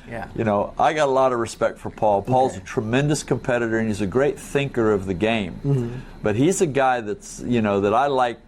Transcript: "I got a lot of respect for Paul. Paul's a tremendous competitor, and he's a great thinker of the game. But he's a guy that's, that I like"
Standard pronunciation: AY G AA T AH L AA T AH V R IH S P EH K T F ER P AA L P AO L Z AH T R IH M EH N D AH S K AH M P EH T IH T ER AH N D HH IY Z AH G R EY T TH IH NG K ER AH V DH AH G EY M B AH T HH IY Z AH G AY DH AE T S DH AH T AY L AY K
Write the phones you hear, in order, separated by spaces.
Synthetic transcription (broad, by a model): AY G AA T AH L AA T AH V R IH S P EH K T F ER P AA L P AO L Z AH T R IH M EH N D AH S K AH M P EH T IH T ER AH N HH IY Z AH G R EY T TH IH NG K ER AH V DH AH G EY M B AH T HH IY Z AH G AY DH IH T S DH AH T AY L AY K